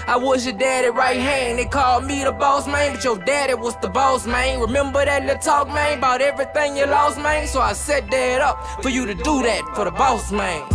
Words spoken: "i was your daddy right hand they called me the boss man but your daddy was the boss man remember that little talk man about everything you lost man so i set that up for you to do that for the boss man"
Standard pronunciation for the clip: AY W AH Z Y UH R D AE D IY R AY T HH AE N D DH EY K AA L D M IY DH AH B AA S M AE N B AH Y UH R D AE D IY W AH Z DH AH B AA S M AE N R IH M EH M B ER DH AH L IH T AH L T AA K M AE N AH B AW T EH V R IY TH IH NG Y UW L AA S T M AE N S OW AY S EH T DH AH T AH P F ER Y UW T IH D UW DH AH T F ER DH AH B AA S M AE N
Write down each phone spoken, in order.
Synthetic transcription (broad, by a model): AY W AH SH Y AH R D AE D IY R AY T HH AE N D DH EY K AA L D M IY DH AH B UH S M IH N B AH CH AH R D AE D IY W AH Z DH AH B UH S M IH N R IH M EH M B ER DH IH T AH T AA K M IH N AH B AW T EH V R IY TH IH NG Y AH L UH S M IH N S OW AY S EH T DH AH T AH P F ER Y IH T IH D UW DH AH T F ER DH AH B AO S M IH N